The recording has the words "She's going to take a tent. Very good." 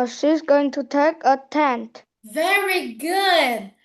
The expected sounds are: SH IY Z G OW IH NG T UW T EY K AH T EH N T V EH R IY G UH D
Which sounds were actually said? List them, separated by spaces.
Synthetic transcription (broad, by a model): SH IY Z G OW IH NG T UW T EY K AH T EH N T V EH R IY G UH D